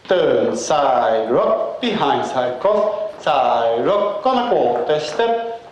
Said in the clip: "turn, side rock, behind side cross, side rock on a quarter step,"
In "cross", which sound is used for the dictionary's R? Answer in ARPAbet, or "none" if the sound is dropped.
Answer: none